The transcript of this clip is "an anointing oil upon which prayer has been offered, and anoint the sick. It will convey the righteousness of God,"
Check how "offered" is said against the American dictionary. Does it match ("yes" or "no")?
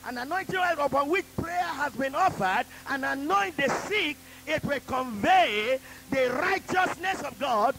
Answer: yes